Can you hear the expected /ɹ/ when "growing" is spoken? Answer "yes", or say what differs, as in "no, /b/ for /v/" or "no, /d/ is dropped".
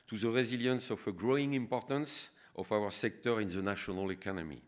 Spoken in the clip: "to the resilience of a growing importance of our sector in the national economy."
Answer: yes